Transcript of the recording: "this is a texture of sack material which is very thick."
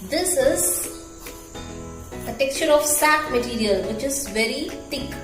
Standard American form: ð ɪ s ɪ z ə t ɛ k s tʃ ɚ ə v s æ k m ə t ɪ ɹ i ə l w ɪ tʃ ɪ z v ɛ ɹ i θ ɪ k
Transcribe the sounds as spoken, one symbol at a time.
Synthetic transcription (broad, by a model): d ɪ s ɪ z ə t ɛ k s tʃ ɚ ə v s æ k m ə t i ɹ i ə l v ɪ tʃ ɪ z v ɛ ɹ i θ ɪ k